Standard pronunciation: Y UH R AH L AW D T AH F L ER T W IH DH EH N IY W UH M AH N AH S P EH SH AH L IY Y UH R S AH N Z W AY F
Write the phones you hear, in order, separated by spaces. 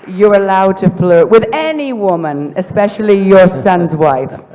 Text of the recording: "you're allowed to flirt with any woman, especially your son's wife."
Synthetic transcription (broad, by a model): Y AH R AH L AW D T AH F L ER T W IH DH EH N IY W UH M AH N AH S P EH SH AH L IY Y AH R S AH N Z W AY F